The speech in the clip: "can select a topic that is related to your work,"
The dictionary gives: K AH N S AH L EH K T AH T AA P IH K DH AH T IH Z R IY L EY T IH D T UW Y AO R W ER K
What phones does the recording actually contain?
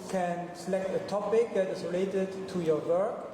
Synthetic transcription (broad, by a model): K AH N S AH L EH K T AH T AA P IH K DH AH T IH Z R IY L EY T IH D T UW Y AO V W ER K